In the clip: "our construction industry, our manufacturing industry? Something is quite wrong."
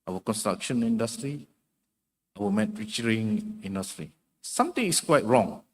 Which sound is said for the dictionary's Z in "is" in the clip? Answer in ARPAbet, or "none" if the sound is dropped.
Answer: S